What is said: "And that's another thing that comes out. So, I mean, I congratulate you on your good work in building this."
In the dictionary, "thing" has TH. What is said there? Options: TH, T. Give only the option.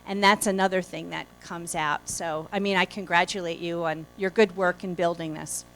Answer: TH